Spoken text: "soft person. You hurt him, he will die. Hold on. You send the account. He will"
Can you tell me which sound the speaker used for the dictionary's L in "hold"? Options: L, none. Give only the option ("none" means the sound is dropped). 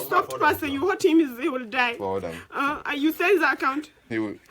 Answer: none